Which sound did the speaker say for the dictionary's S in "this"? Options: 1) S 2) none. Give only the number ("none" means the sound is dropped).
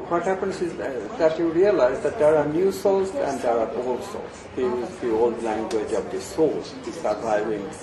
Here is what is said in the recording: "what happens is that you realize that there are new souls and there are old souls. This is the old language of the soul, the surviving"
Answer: 2